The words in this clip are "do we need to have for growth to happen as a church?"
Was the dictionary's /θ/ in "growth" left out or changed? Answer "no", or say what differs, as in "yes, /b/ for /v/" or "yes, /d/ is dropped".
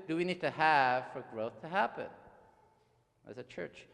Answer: no